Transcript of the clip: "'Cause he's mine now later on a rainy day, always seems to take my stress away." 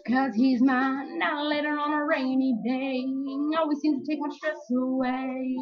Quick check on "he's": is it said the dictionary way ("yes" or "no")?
yes